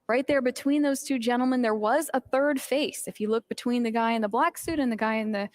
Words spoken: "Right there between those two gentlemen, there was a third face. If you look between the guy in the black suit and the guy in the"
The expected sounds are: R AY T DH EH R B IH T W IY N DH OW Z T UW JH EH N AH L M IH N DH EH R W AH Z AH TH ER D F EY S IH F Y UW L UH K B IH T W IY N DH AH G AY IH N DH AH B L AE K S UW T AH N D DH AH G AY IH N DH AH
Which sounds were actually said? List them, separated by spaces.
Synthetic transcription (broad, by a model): R AY T DH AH R B IH T W IY N DH OW Z T UW JH EH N L M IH N DH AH R W AH Z AH TH ER D F EY S IH F Y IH L UH K B IH T W IY N DH AH G AY IH N DH AH B L AE K S UW T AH N DH AH G AY IH N DH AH